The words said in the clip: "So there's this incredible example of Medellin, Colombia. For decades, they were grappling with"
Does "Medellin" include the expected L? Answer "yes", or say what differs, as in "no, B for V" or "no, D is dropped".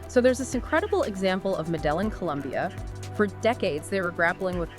yes